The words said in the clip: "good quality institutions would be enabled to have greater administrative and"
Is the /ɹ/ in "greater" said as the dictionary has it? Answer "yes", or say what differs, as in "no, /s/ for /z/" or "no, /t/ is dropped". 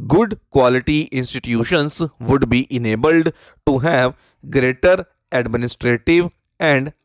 yes